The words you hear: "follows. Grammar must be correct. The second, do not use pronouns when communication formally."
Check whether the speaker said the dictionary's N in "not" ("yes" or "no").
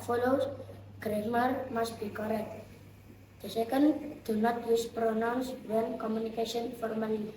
yes